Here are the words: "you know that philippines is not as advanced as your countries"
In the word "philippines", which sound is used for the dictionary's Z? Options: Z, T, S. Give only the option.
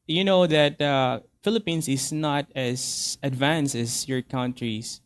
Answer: S